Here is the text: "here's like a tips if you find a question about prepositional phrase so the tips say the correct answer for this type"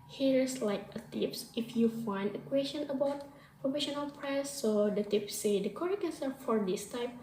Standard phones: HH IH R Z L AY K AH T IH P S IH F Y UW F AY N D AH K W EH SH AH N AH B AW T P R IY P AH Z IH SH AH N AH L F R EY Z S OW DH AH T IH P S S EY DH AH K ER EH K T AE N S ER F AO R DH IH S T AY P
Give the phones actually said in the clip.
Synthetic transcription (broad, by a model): HH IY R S L AY K AH T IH P S IH F Y UW F AY N D AH K W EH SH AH N AH B AW T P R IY F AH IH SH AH N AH L P R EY S OW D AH T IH P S S EY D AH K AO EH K EH N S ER F AO R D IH S T AY P